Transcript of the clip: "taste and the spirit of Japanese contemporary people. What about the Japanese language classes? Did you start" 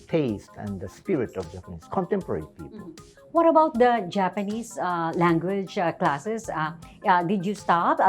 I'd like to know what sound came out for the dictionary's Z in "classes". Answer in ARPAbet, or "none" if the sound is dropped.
S